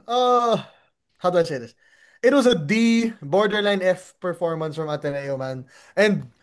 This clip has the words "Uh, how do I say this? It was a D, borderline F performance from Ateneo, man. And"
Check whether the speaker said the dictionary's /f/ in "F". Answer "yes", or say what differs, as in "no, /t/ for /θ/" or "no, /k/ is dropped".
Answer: yes